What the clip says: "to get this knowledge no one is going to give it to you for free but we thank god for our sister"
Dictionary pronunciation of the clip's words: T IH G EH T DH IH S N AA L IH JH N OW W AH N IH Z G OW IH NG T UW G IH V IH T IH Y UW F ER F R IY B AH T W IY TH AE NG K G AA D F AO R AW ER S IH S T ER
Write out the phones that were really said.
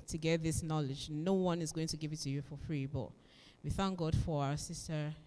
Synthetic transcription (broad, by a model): T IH G EH T DH IH S N AA L IH JH N OW W AH N IH Z G OW IH NG T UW G IH V IH T IH Y UW F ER F R IY B AH T W IY TH AE NG K G AA D F AO R AW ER S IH S T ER